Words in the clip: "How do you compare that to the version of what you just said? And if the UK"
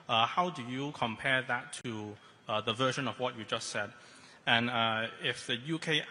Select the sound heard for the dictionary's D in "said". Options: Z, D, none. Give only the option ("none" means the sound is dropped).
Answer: D